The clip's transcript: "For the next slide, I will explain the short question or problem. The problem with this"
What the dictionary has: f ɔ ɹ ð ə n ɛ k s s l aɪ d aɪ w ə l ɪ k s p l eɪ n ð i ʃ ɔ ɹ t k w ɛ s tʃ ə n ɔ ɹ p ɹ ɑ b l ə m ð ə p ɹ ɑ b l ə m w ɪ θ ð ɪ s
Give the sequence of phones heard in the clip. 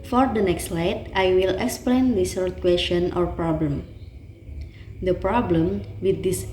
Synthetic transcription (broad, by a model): f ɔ ɹ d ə n ɛ k s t l aɪ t aɪ w ə l ɪ k s p l eɪ n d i s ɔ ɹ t k w ɛ s tʃ ə n ɔ ɹ p ɹ ɑ b l ə m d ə p ɹ ɑ b l ə m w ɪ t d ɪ s